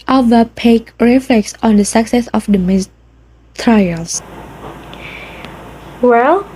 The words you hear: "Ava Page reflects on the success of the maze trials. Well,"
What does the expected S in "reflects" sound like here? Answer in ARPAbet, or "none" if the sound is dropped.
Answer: S